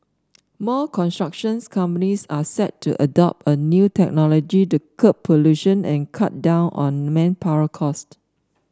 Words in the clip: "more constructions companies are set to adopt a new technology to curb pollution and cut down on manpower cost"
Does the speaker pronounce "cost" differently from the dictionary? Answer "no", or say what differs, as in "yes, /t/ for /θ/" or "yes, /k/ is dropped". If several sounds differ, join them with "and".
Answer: no